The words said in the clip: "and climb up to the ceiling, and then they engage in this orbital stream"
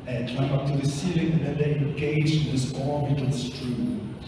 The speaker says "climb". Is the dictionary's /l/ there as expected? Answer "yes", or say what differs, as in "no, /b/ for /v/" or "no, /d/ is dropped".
no, /l/ is dropped